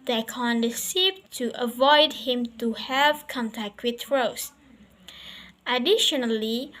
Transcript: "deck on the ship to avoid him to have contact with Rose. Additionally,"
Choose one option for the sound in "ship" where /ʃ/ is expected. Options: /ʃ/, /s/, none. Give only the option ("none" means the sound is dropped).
/s/